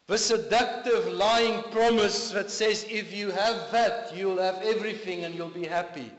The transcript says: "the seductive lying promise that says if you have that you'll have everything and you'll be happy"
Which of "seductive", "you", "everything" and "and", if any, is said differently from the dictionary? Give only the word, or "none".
none